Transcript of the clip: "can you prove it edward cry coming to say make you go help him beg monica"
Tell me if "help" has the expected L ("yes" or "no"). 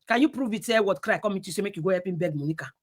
no